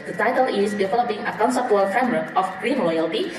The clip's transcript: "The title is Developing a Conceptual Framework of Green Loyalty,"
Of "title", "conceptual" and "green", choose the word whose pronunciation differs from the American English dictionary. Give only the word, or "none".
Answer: conceptual